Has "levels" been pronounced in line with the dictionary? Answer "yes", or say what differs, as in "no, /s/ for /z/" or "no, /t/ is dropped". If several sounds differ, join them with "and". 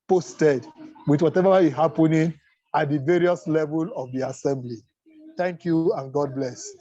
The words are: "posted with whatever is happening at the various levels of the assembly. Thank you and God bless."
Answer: no, /z/ is dropped